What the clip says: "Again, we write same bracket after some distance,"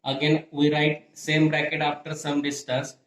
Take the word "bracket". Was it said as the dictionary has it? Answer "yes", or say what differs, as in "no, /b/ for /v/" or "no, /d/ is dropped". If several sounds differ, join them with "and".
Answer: yes